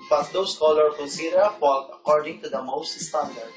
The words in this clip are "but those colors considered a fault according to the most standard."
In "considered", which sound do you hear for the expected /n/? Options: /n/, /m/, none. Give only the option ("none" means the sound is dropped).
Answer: none